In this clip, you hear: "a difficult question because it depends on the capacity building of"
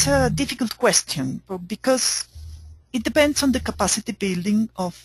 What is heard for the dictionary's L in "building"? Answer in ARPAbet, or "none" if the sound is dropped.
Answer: L